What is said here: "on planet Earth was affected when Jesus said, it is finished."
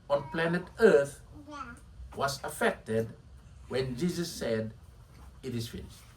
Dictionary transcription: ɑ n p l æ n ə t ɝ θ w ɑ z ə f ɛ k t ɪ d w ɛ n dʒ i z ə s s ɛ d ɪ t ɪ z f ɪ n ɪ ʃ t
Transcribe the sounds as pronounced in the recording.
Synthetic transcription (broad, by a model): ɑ n p l æ n ə t ɝ θ w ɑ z ə f ɛ k t ɪ d w ɛ n dʒ i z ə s s ɛ d ɪ t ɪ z f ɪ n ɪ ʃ t